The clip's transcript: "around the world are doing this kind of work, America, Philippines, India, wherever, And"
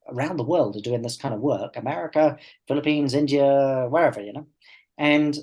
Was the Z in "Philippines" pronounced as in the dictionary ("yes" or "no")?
yes